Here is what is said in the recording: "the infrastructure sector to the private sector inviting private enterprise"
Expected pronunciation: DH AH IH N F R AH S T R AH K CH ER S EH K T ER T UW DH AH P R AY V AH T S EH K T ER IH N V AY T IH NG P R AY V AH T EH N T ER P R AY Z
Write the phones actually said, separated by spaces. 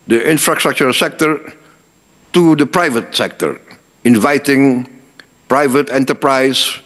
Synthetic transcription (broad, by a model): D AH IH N F R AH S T R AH K CH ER S EH K T ER T UW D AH P R AY V AH T S EH K T ER IH N V AY T IH NG P R AY V AH T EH N T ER P R AY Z